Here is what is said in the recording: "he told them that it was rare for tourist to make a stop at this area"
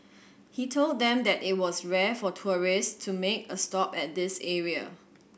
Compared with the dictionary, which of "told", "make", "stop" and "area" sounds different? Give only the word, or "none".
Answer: none